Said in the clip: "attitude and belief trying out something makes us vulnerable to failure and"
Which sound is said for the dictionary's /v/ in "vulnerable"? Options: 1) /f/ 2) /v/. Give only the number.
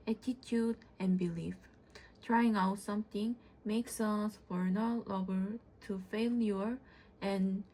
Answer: 1